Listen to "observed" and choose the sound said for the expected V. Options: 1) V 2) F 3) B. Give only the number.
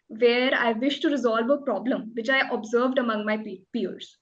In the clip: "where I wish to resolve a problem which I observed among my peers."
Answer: 1